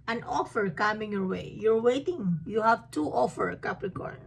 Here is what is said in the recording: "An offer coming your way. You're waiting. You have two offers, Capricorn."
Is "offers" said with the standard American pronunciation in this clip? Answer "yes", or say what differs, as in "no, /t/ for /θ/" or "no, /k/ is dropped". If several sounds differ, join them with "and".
no, /z/ is dropped